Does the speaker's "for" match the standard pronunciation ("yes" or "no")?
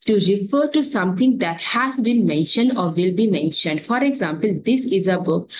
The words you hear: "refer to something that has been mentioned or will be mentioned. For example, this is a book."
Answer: yes